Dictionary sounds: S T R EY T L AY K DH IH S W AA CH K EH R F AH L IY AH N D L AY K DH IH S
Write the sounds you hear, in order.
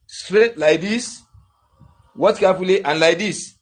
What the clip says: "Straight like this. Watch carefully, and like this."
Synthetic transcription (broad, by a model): S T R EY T L AY K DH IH S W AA S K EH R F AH L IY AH N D L AY K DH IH S